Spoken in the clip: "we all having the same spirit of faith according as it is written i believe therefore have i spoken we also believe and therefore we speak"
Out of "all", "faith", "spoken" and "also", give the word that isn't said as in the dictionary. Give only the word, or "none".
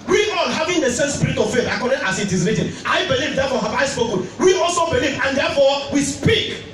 all